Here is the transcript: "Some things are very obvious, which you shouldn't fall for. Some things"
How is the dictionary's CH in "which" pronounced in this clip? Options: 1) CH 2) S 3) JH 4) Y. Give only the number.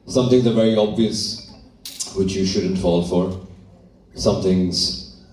1